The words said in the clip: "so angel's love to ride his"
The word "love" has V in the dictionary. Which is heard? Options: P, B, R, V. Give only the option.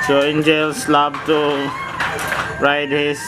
B